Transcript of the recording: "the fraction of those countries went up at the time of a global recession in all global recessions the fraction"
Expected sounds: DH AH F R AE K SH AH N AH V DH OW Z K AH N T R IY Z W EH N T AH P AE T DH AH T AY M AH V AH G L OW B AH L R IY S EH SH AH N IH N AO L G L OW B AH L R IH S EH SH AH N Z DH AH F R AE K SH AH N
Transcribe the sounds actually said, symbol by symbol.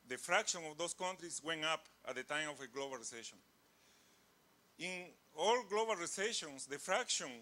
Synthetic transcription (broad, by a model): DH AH F R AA K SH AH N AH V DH OW S K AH N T R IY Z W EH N AH P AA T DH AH T AY M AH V AH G L OW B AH L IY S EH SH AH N IH N AO L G L OW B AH L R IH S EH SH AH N S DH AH F R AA K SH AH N